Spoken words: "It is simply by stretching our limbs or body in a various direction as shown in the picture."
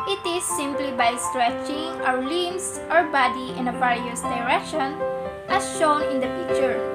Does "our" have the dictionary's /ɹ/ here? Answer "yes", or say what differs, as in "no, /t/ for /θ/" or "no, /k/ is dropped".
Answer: no, /w/ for /ɹ/